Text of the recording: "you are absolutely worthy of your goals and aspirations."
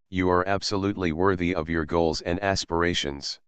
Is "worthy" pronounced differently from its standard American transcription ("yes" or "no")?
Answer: no